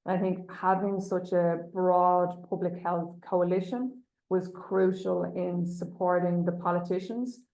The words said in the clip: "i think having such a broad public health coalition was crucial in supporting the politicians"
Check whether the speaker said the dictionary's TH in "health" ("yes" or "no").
yes